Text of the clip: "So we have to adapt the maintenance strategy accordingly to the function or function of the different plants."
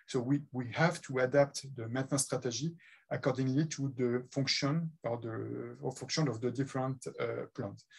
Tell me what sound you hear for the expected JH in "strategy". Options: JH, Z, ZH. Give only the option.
ZH